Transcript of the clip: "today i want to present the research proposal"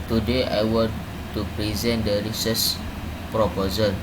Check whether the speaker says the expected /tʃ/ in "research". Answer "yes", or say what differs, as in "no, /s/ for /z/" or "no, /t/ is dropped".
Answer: no, /s/ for /tʃ/